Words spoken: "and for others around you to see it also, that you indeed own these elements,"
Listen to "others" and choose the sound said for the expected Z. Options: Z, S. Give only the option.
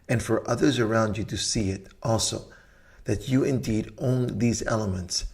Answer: Z